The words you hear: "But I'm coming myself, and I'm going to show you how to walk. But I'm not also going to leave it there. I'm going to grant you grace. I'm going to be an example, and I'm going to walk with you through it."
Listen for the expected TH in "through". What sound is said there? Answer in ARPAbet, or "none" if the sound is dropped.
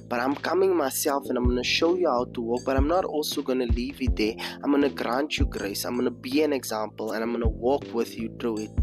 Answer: T